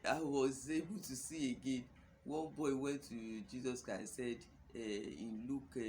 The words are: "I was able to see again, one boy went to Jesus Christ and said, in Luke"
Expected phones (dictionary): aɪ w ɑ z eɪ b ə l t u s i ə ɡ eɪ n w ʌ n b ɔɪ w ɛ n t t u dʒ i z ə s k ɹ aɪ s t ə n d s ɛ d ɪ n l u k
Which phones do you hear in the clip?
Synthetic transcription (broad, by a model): aɪ w ɑ z eɪ b ə l t u s i ə ɡ eɪ n w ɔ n b ɔɪ w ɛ n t t u dʒ i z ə s k ɹ aɪ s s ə d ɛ ɪ n l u k